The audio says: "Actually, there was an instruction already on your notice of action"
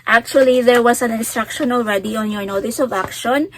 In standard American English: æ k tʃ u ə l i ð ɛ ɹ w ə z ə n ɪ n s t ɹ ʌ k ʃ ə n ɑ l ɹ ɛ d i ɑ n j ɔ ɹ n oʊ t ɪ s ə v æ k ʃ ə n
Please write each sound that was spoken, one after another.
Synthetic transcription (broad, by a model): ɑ k tʃ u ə l i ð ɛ ɹ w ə s ə n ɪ n s t ɹ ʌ k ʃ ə n ɑ l ɹ ɛ d i ɑ n j ɔ ɹ n oʊ t ɪ s ə v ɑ k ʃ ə n